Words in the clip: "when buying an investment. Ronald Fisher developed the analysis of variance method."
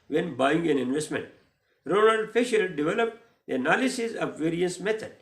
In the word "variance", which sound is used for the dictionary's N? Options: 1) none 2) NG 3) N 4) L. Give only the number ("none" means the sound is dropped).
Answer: 1